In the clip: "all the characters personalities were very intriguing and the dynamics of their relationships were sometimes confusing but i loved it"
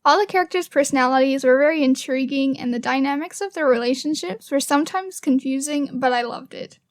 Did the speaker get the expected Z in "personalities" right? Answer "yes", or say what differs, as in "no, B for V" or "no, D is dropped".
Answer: yes